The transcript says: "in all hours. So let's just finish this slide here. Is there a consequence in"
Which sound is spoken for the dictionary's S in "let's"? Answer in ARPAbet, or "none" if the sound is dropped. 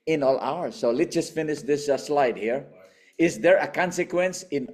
none